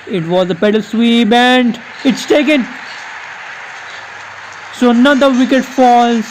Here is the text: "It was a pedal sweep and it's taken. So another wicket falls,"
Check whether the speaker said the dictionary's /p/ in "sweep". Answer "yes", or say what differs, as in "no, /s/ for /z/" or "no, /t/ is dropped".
no, /b/ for /p/